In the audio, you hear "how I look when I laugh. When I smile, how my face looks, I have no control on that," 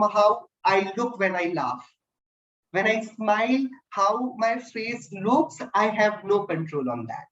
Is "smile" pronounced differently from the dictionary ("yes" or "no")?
no